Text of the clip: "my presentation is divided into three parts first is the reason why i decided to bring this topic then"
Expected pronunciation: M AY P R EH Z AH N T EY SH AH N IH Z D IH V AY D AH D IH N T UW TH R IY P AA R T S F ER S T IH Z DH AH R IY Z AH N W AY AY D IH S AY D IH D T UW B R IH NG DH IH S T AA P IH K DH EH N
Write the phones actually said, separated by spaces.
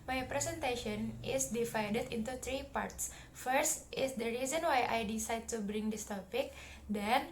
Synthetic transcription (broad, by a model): M AY P R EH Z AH N T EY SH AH N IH S D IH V AY D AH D IH N T UW T R IY P AA R T S F ER S T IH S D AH R IY Z AH N W AY AY D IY S AY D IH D T UW B R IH NG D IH S T AA P IH K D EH N